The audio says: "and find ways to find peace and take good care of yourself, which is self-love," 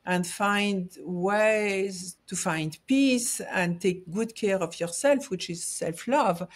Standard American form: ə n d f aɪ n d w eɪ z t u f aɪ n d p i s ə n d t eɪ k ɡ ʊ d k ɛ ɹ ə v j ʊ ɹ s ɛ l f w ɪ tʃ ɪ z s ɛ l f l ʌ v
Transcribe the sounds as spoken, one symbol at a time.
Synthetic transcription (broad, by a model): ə n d f aɪ n d w eɪ z t u f aɪ n d p i s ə n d t eɪ k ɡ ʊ d k ɛ ɹ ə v j ʊ ɹ s ɛ l f w ɪ tʃ ɪ z s ɛ l f l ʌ v